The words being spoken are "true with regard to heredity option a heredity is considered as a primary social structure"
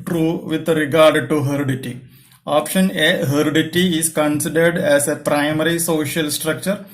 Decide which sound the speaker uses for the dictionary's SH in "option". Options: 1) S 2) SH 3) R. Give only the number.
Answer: 2